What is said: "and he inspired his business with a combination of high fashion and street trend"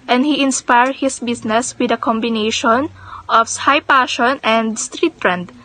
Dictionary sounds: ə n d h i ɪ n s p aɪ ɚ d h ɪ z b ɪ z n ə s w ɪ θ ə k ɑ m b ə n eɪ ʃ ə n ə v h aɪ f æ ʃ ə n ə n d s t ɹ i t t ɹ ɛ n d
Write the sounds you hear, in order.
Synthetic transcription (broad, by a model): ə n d h i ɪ n s p aɪ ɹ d h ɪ s b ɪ s n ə s w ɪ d ə k ɑ m b ə n eɪ ʃ ə n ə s h aɪ p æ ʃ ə n ə n d s t ɹ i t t ɹ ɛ n d